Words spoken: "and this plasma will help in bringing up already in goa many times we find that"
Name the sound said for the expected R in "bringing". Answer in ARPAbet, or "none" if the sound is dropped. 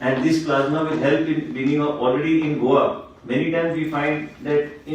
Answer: none